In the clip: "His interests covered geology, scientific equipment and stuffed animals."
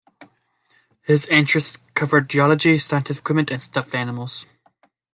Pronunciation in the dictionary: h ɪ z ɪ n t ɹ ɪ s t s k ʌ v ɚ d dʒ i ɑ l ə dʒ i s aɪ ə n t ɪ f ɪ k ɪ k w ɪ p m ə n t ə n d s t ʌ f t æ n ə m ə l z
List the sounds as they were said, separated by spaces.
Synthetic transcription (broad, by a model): h ɪ z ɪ n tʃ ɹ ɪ s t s k ʌ v ɚ d dʒ i ɑ l ə dʒ i s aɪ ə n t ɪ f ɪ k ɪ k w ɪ m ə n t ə n s t ʌ f t æ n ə m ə l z